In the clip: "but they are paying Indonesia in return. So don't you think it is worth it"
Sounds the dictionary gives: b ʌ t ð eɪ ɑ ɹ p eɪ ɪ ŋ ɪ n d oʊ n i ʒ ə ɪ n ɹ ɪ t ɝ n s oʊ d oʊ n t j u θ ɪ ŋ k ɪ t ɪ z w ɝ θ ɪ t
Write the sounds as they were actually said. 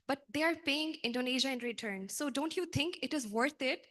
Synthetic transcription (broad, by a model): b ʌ t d eɪ ɑ ɹ p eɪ ɪ ŋ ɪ n d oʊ n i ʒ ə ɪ n ɹ ɪ t ɝ n s oʊ d oʊ n t j u t ɪ ŋ k ɪ t ɪ z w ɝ t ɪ t